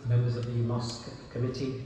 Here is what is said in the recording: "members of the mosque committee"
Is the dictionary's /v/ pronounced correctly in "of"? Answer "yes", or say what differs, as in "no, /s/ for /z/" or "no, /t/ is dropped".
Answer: yes